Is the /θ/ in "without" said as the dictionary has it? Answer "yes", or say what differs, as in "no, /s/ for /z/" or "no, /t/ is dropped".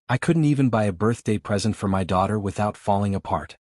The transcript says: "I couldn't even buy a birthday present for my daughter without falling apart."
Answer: yes